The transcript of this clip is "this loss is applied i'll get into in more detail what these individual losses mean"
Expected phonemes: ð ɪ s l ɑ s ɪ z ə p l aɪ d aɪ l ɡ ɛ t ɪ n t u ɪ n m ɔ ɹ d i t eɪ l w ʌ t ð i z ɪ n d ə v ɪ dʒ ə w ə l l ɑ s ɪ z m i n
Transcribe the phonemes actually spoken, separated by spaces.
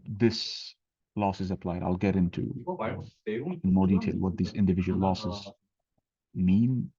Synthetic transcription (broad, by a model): ð ɪ s l ɑ s ɪ z ə p l aɪ d aɪ l ɡ ɛ t ɪ n t u ɪ n m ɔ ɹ d i t eɪ l w ʌ t ð i z ɪ n d ə v ɪ dʒ ə w ə l l ɑ s ɪ z m i n